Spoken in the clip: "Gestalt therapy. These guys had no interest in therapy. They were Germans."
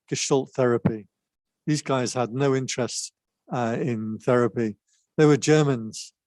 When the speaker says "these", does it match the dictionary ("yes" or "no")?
yes